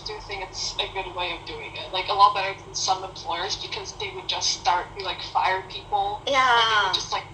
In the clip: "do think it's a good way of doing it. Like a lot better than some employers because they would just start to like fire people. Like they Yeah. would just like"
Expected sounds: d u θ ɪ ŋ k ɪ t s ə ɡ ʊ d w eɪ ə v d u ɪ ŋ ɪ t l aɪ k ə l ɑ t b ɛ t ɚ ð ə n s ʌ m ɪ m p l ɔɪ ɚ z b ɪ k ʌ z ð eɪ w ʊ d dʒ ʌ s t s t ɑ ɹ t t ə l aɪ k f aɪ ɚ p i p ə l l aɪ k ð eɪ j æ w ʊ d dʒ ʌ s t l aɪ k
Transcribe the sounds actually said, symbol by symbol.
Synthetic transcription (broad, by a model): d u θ ɪ ŋ ɪ t s ə ɡ ʊ d w eɪ ə v d u ɪ ŋ ɪ t l aɪ k ə l ɑ t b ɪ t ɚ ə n s ʌ m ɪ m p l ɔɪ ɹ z b ɪ k ʌ z ð eɪ w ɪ d dʒ ʌ s t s t ɑ ɹ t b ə l aɪ k f aɪ ɚ p i p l l j æ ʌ dʒ ʌ s t l aɪ k